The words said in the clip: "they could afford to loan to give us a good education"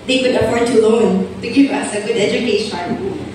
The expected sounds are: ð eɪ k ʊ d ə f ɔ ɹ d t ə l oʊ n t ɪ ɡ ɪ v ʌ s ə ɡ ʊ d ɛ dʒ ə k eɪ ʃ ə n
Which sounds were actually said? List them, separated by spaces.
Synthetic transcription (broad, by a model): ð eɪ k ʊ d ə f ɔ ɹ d t ə l oʊ n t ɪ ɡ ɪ ʌ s ə ɡ ʊ d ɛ dʒ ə k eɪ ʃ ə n